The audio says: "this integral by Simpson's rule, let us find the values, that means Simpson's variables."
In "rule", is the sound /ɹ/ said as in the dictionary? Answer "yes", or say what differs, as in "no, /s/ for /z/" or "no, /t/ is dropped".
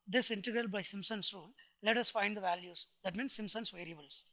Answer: yes